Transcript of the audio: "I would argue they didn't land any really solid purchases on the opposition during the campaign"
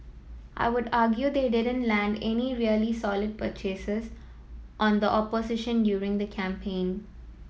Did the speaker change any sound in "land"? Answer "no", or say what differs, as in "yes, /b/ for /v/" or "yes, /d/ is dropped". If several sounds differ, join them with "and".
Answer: no